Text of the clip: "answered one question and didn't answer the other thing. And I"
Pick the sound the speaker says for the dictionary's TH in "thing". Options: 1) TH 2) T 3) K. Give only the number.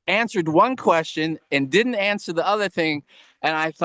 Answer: 1